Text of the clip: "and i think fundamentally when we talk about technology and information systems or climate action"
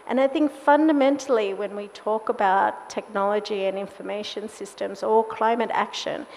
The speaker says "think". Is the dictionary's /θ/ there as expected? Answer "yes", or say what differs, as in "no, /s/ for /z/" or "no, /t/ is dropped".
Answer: yes